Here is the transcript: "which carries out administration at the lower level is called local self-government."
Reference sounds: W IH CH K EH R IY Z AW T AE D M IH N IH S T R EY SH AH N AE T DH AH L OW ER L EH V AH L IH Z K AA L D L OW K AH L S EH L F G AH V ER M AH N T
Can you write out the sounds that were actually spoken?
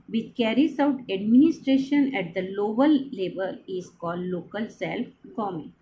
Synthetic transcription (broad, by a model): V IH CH K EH R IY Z AW T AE D M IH N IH S T R EY SH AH N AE T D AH L OW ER L EH B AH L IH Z K AA L D L OW K AH L S EH L F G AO M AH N